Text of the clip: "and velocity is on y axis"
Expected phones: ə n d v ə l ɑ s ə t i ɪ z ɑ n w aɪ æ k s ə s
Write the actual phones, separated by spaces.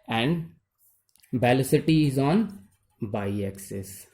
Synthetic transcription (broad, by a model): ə n d b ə l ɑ s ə t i ɪ z ɑ n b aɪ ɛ k s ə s